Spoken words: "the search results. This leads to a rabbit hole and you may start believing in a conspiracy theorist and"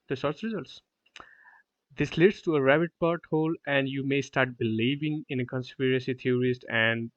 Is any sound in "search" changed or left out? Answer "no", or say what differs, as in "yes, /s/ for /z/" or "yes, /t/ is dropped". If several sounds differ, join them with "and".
yes, /s/ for /tʃ/